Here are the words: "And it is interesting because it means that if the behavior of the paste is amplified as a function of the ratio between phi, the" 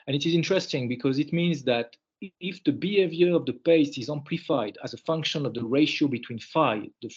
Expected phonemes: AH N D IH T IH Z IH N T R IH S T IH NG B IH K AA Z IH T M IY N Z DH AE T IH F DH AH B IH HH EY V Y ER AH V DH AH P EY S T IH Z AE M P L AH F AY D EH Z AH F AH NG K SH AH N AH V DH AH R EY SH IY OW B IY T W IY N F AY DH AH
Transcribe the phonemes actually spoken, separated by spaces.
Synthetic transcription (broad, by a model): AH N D IH T IH Z IH N T R IH S T IH NG B IH K AA Z IH T M IY N Z DH AE T IH F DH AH B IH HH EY V Y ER AH V DH AH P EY S IH Z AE M P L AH F AY D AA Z AH F AH NG K SH AH N AH V DH AH R EY SH IY OW B IY T W IY N F AY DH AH